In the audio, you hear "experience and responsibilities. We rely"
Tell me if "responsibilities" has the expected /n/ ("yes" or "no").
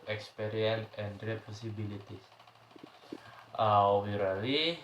no